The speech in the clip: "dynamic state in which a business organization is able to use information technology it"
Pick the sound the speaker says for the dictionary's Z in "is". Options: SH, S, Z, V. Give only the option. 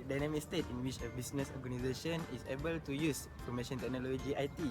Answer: S